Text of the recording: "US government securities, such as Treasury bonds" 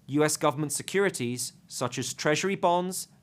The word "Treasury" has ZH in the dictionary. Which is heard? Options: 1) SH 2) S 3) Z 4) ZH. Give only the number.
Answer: 4